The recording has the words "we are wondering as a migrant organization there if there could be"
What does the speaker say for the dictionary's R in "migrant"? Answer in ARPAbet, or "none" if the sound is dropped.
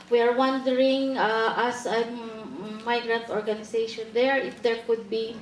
R